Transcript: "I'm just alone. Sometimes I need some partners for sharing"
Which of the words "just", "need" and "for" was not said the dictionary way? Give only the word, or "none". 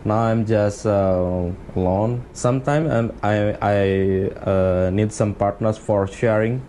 none